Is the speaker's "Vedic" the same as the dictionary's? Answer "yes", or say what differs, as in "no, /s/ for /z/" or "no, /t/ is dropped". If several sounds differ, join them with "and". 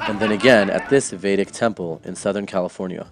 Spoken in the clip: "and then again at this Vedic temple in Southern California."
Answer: yes